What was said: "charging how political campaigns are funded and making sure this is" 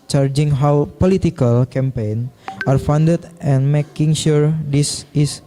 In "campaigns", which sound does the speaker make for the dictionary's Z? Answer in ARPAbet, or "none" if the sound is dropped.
none